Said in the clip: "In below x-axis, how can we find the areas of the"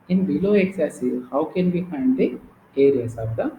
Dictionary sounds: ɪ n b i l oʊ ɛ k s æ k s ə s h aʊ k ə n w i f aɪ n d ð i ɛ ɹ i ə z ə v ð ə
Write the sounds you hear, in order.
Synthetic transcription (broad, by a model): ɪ n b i l oʊ ɛ k s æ s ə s h aʊ k ə n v i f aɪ n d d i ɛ ɹ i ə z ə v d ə